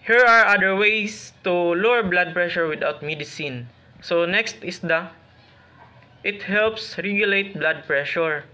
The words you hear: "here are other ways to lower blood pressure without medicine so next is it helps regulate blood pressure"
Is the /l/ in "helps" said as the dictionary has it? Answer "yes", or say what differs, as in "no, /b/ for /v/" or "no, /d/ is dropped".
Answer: yes